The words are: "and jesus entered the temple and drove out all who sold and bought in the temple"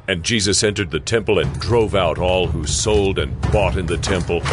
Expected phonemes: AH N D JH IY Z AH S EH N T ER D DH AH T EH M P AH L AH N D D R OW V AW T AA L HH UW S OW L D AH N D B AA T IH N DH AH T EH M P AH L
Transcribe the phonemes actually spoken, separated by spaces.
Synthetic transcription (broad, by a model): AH N JH IY Z AH S EH N T ER D DH AH T EH M P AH L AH N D D R OW V AW T AA L HH UW S OW L D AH N B AA T IH N DH AH T EH M P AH L